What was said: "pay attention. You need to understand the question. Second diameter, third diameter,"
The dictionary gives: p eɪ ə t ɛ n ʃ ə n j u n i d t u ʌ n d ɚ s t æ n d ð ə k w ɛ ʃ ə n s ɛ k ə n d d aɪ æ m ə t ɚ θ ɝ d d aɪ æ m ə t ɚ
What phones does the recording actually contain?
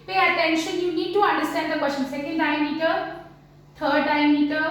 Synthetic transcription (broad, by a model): p eɪ ə t ɛ n ʃ ə n j u n i d t u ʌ n d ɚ s t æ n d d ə k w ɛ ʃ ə n s ɛ k ə n d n aɪ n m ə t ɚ t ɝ d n aɪ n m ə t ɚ